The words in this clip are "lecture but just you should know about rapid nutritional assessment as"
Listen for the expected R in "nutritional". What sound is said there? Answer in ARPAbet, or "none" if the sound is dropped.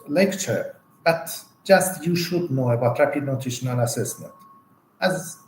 none